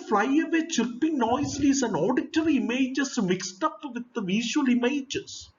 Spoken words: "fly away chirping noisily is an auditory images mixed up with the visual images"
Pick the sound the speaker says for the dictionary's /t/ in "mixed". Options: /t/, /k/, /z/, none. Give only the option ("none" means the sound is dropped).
/t/